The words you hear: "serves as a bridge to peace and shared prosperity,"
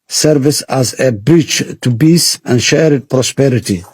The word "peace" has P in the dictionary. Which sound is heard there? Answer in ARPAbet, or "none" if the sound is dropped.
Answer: B